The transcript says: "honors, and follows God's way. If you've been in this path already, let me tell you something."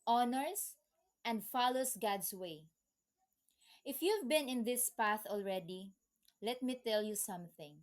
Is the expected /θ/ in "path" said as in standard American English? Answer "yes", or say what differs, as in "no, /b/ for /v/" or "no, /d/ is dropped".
yes